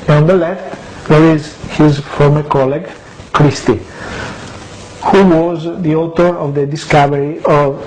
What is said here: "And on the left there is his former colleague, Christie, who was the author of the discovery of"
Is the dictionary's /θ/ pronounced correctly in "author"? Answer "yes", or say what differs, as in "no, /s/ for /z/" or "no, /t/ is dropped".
no, /t/ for /θ/